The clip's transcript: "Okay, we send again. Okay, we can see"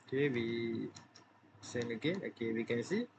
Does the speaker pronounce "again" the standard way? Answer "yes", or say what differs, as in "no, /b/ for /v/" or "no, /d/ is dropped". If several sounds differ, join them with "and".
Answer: no, /n/ is dropped